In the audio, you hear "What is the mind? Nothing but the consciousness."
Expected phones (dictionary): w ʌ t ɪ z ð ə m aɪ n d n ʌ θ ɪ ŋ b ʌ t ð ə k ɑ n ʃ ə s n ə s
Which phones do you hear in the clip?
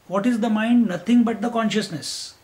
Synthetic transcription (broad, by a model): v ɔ t ɪ z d ə m aɪ n d n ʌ t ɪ ŋ b ʌ t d ə k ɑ n ʃ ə s n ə s